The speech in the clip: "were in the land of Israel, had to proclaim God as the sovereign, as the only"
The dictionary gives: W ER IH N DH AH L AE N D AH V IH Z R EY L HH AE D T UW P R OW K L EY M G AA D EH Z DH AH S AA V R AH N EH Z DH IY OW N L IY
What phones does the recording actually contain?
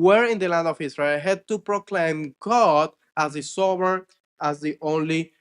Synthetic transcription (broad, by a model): W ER IH N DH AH L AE N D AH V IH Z R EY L HH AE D T UW P R OW K L EY M G AA D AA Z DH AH S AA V AH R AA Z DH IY OW N L IY